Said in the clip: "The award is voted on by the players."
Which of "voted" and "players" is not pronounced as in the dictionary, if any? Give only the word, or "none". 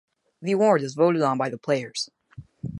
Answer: none